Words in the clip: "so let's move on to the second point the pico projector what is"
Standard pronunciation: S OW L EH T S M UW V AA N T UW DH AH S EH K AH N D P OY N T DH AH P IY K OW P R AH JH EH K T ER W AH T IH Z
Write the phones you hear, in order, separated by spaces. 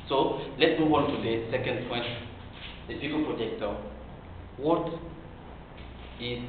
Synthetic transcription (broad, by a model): S OW L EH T M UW W AA N T UW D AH S EH K AH N D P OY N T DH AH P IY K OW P R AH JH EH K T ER W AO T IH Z